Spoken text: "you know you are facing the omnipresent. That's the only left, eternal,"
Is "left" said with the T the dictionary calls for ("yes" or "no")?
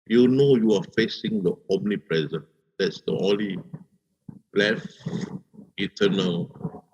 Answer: no